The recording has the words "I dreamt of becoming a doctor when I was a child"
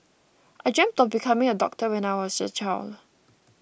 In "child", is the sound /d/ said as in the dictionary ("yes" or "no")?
no